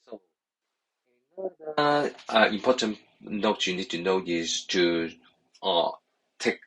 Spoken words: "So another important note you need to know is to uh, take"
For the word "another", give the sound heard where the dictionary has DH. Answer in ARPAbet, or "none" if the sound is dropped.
none